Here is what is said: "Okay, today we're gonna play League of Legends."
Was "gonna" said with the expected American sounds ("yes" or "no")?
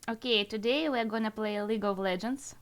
yes